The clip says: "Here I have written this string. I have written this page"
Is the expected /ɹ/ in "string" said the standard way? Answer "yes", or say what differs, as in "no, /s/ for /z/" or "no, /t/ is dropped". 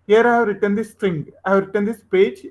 no, /ɹ/ is dropped